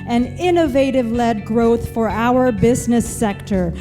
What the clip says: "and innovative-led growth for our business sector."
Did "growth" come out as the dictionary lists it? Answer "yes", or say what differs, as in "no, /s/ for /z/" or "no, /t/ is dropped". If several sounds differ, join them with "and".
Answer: yes